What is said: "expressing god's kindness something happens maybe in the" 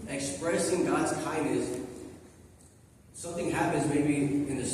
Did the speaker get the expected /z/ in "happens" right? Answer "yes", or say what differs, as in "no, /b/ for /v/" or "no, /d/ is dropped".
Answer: yes